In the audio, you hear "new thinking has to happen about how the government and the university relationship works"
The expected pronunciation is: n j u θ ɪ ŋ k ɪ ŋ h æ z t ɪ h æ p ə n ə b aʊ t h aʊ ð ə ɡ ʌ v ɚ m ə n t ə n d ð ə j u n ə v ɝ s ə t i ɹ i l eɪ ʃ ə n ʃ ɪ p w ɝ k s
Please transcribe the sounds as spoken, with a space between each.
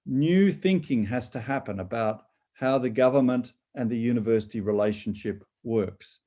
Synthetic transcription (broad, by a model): n j u θ ɪ ŋ k ɪ ŋ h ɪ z t ɪ h æ p ə n ə b aʊ t h aʊ ð ə ɡ ʌ v ɚ m ə n t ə n ð ə j u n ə v ɝ s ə t i ɹ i l eɪ ʃ n ʃ ɪ p w ɝ k s